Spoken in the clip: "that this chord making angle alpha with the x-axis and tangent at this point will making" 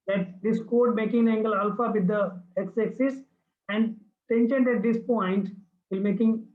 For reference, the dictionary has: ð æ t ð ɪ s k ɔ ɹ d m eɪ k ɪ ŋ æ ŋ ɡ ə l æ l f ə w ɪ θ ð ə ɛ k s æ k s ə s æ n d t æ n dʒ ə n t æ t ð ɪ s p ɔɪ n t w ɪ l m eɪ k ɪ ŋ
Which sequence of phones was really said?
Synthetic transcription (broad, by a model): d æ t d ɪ s k ɔ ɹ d m eɪ k ɪ ŋ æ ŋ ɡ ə l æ l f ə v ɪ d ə ɛ k s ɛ k s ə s æ n d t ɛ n ʃ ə n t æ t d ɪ s p ɔɪ n t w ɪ l m eɪ k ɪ ŋ